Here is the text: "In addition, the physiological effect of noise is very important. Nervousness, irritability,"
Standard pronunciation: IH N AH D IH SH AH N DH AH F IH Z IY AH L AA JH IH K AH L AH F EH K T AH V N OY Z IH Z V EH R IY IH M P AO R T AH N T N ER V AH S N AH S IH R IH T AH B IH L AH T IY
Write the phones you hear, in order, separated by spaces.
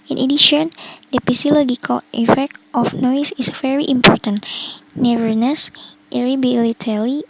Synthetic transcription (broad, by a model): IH N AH D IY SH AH N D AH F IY S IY L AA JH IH K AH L AH F EH K T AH F N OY S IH S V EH R IY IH M P AO R T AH N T N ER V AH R N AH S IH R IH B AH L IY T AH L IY